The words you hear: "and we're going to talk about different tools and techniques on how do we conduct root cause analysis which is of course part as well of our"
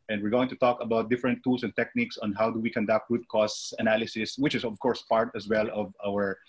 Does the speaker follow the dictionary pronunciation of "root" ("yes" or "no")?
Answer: no